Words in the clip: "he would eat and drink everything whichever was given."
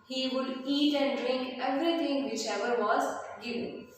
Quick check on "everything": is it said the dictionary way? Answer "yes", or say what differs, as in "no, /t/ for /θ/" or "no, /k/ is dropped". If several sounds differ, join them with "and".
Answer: no, /t/ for /θ/